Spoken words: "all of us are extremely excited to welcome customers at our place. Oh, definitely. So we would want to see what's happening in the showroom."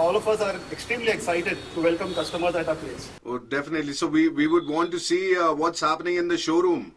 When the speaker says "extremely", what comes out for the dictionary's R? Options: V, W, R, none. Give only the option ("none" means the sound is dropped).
R